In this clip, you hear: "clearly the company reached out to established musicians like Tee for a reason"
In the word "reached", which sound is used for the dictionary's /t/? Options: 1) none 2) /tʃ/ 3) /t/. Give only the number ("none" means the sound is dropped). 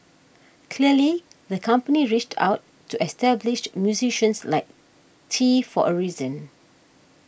3